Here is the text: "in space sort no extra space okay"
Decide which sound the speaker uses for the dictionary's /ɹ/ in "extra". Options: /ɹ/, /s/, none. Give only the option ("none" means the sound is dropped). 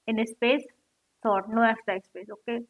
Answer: none